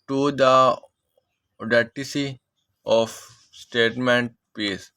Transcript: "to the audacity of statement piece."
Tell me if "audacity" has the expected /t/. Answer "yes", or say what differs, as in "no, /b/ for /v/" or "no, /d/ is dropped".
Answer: no, /s/ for /t/